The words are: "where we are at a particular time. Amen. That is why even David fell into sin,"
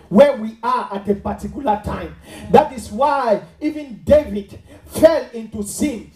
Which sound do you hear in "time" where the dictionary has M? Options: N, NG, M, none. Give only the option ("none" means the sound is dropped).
none